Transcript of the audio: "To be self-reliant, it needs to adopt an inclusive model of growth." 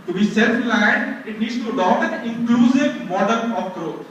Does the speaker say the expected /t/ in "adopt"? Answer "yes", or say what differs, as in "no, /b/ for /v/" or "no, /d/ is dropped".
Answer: no, /t/ is dropped